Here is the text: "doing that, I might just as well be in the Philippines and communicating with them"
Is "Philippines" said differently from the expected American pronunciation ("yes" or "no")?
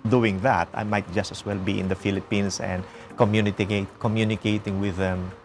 yes